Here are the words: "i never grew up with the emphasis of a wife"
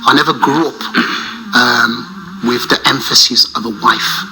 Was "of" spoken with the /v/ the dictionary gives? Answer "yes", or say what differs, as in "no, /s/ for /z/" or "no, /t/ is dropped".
yes